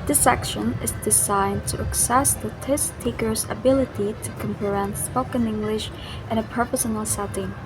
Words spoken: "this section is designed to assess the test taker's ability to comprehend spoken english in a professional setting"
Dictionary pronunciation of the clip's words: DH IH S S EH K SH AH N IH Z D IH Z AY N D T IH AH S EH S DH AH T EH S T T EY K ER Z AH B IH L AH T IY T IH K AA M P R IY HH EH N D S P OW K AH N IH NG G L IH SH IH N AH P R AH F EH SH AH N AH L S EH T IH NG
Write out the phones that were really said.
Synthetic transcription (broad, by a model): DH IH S S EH K SH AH N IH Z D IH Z AY N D T IH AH S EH S DH AH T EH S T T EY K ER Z AH B IH L AH T IY T IH K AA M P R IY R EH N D S P OW K AH N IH NG G L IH SH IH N AH P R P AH S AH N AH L S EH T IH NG